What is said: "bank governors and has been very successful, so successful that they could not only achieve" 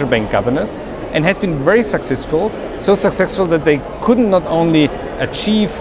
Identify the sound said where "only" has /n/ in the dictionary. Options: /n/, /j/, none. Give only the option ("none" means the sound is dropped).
/n/